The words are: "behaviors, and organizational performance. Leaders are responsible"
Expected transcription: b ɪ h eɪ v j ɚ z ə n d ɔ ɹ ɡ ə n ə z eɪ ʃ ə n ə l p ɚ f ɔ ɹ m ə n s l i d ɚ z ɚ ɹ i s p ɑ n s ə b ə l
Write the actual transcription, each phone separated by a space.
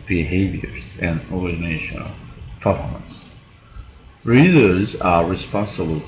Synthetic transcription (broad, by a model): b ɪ h eɪ v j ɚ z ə n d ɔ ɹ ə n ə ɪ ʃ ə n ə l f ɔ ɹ ə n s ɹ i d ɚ z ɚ ɹ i s p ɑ n s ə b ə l